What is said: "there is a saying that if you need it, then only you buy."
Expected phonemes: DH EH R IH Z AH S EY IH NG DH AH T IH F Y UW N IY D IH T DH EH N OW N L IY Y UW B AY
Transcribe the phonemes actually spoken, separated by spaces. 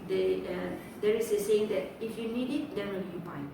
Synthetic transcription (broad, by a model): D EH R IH S AH S EY IH NG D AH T IH F Y UW N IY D IH T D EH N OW L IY Y UW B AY